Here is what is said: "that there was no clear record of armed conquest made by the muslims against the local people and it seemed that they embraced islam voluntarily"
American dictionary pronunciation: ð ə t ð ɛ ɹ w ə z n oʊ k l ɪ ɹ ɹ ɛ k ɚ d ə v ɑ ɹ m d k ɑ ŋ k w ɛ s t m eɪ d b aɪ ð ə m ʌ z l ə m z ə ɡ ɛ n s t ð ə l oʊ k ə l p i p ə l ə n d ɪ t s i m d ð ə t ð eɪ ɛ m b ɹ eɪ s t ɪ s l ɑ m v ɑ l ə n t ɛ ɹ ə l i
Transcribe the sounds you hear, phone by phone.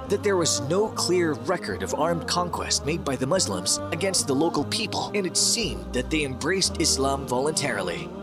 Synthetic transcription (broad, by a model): ð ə t ð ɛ ɹ w ə z n oʊ k l ɪ ɹ ɹ ɛ k ɚ d ə v ɑ ɹ m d k ɑ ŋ k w ɛ s t m eɪ d b aɪ ð ə m ʌ z l ə m z ə ɡ ɛ n s t ð ə l oʊ k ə l p i p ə l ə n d ɪ t s i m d ð ə t ð eɪ ɛ m b ɹ eɪ s t ɪ s l ɑ m v ɑ l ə n t ɛ ɹ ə l i